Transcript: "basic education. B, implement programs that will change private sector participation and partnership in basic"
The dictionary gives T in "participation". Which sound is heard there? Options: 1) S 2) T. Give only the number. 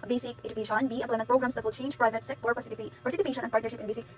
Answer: 1